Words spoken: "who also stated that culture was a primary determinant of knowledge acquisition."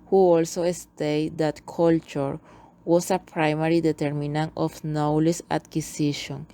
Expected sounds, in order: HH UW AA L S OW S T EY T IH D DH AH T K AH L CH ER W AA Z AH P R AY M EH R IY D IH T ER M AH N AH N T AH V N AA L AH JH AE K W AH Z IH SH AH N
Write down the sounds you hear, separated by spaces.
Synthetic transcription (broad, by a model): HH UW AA L S OW S T EY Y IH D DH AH T K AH L CH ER W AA S AH P R AY M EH R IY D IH T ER M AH N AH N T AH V N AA L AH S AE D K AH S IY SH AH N